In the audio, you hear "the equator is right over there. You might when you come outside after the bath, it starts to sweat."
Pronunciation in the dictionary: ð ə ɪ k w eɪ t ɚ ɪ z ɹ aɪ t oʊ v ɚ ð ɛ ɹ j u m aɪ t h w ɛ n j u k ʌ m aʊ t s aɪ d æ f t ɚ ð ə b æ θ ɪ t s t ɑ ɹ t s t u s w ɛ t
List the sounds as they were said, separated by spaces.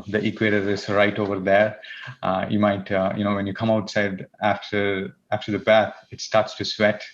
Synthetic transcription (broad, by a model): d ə ɪ k w eɪ t ɚ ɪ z ɹ aɪ t oʊ v ɚ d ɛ ɹ j u m aɪ t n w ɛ n j u k ʌ m aʊ t s aɪ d æ f t ɚ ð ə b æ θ ɪ t s t ɑ ɹ t s t u s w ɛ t